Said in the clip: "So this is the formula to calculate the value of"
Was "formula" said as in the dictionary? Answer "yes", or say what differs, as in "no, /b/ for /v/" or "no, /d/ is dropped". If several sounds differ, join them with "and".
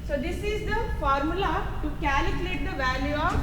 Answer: yes